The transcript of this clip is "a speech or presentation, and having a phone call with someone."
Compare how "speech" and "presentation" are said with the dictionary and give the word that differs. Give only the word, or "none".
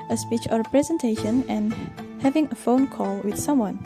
none